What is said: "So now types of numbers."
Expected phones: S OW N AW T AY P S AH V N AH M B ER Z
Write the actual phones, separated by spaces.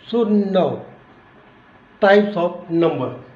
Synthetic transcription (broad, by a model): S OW N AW T AY P S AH P N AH M B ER